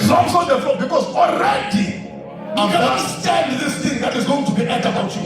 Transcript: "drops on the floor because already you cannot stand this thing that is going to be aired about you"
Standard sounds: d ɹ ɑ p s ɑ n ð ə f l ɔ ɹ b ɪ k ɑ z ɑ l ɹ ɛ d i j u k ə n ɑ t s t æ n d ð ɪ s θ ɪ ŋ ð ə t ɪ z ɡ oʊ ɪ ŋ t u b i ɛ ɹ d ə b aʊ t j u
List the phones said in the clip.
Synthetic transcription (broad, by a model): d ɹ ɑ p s ɑ n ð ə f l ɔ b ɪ k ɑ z ɑ l ɹ ɛ d i j u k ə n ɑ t s t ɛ n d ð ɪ s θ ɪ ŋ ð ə t ɪ z ɡ oʊ ɪ ŋ t u b i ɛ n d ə aʊ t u